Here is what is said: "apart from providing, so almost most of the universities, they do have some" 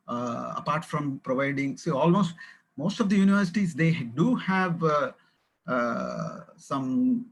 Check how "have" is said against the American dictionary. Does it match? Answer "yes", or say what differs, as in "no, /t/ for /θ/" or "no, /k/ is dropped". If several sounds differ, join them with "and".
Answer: yes